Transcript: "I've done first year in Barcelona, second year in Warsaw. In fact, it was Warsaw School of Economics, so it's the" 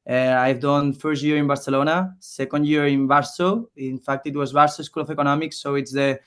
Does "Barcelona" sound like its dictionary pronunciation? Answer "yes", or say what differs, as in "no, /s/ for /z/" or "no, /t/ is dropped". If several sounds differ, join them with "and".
yes